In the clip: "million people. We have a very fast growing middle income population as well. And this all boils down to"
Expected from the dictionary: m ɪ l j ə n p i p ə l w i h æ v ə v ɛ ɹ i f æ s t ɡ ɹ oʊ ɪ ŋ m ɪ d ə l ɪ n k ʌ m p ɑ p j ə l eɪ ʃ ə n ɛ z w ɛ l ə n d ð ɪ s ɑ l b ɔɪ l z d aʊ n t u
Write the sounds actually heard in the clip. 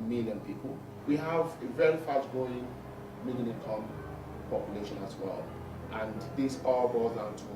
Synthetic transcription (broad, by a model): m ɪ l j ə n p i p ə l w i h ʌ v ə v ɛ ɹ i f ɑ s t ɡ oʊ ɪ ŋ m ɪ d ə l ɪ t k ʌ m p ɑ p j ə l eɪ ʃ ə n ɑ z w ɛ l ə n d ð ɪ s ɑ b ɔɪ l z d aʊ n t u